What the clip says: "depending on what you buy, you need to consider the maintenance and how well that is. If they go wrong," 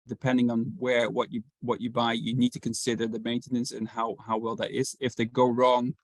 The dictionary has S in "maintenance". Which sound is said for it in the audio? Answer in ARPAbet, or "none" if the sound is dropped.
S